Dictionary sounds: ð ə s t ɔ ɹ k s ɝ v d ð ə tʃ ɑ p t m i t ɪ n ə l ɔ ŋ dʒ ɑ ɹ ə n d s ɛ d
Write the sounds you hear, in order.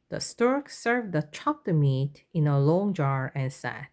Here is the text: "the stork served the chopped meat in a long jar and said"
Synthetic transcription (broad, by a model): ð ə s t ɔ ɹ k s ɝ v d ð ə tʃ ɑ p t m i t ɪ n ə l ɔ ŋ dʒ ɑ ɹ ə n s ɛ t